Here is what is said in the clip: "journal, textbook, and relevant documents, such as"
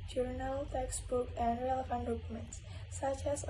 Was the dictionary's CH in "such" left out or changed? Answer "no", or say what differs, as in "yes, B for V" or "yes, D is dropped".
no